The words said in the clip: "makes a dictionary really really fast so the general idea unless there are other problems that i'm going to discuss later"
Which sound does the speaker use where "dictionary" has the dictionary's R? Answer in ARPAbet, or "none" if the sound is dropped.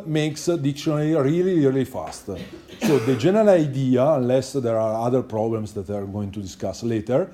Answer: L